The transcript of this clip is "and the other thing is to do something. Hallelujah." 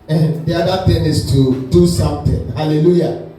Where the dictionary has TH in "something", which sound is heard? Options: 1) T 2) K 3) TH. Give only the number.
1